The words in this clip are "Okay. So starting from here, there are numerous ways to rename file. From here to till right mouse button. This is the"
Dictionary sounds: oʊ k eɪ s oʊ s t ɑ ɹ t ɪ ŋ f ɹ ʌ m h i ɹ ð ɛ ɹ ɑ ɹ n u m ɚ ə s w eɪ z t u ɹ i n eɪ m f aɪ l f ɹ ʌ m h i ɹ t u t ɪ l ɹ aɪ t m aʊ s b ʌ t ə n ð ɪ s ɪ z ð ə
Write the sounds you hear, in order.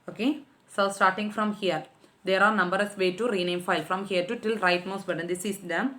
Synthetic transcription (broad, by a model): oʊ k eɪ s oʊ s t ɑ ɹ t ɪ ŋ f ɹ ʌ m h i ɹ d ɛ ɹ ɑ ɹ n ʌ m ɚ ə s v eɪ t u ɹ i n eɪ m f aɪ l f ɹ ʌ m h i ɹ t u t ɪ l ɹ aɪ t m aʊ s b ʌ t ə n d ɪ s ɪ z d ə